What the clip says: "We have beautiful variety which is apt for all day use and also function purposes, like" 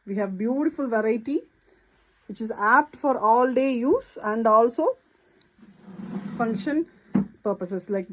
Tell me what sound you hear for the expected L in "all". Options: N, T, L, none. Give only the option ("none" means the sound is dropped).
L